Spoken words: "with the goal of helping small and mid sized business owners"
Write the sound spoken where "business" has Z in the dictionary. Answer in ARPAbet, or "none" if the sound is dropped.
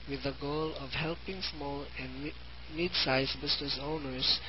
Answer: S